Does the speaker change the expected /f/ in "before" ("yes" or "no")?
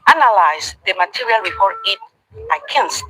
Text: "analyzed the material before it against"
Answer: yes